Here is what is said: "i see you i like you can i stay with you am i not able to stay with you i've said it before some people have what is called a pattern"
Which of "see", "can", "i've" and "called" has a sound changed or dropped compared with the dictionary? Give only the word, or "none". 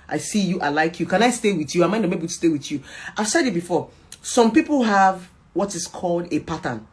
none